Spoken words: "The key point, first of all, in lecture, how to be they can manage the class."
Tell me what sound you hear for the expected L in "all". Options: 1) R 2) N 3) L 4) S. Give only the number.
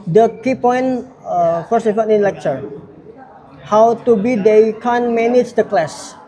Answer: 2